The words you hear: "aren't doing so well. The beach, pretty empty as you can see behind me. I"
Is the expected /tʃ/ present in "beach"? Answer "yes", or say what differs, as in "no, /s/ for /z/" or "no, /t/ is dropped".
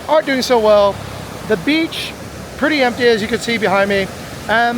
yes